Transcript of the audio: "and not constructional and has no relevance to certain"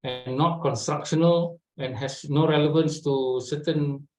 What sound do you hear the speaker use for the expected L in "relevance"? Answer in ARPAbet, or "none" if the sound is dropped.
L